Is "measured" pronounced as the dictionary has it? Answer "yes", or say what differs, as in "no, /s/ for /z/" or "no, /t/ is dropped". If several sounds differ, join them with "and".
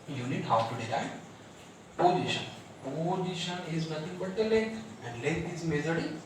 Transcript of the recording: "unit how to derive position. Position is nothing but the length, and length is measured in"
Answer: no, /z/ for /ʒ/